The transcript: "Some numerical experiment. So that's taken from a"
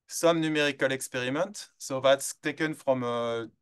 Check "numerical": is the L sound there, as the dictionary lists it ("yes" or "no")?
yes